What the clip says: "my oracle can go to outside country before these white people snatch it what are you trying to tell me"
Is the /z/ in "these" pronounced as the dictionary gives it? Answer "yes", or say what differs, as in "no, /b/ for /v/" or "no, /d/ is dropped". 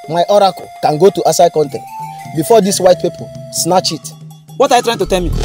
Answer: no, /s/ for /z/